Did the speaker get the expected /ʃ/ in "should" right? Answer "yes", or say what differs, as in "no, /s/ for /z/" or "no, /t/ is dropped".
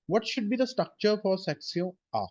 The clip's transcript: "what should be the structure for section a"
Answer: yes